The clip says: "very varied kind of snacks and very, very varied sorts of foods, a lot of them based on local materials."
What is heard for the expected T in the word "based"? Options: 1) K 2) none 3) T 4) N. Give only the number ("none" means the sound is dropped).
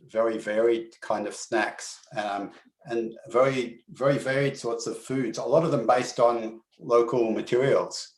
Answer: 3